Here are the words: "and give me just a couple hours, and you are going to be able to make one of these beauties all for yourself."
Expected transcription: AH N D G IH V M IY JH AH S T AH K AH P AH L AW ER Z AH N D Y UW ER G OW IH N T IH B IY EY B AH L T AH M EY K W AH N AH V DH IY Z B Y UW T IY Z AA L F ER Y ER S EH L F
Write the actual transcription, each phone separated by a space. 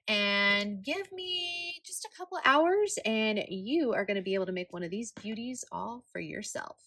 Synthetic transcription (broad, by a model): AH N G IH V M IY JH AH S T AH K AH P L AW ER Z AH N Y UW ER G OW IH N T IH B IY EY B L T AH M EY K W AH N AH V DH IY Z B Y UW T IY Z AA L F ER Y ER S EH L F